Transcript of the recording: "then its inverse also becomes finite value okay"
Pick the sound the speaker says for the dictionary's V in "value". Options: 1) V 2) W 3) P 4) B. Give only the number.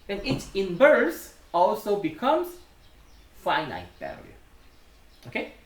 4